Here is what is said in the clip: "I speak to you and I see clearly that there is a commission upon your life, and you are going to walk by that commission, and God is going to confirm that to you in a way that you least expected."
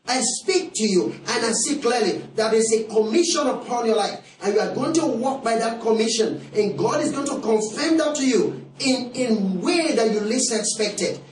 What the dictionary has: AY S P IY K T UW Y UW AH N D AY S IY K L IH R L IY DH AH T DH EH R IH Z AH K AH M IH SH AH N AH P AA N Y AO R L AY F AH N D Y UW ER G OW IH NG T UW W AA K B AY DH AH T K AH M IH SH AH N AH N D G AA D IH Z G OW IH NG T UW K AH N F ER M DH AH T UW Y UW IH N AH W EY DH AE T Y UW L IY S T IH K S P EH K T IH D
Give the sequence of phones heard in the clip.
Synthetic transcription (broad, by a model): AY S P IY K T UW Y UW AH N AY S IY K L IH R L IY DH AH T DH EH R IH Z AH K AH M IH SH AH N AH P AA N Y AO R L AY F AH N Y UW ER G OW IH NG T UW W AA K B AY DH AH T K AH M IH SH AH N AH N G AA D IH Z G OW IH NG T UW K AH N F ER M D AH T UW Y UW IH N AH W EY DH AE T Y UW L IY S IH K S P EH K T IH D